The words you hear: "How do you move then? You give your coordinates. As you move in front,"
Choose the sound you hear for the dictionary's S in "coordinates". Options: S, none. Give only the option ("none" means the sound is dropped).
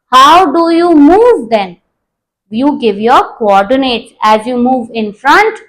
none